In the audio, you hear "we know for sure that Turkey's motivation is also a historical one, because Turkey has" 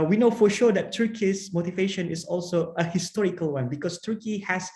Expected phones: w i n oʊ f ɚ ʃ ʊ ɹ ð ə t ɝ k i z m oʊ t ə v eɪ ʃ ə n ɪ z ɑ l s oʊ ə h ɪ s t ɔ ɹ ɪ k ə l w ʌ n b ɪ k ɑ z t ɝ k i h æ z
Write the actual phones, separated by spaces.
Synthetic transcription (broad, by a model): w i n oʊ f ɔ ʃ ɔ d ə t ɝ k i s m oʊ t ə v eɪ ʃ ə n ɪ s ɑ l s oʊ ə h ɪ s t ɔ ɹ ɪ k ə l w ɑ n b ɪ k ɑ s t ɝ k i h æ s